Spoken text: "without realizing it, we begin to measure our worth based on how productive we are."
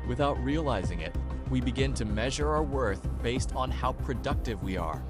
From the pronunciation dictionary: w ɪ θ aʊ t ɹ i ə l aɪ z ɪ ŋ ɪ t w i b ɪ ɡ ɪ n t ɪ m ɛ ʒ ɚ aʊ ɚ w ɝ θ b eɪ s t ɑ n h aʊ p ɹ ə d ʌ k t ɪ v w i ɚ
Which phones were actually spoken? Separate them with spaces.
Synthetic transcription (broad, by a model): w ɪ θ aʊ t ɹ i ə l aɪ z ɪ ŋ ɪ t w i b ɪ ɡ ɪ n t ɪ m ɛ ʒ ɚ aʊ ɚ w ɝ θ b eɪ s t n h aʊ p ɹ ə d ʌ k t ɪ v w i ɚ